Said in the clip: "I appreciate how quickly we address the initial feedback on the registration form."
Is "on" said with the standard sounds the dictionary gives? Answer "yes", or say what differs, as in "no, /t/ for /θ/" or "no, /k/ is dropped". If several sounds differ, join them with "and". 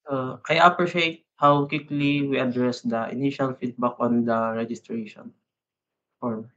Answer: yes